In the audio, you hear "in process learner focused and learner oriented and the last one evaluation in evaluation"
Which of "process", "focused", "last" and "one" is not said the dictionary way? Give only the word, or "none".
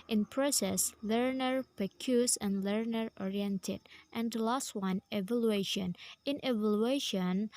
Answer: focused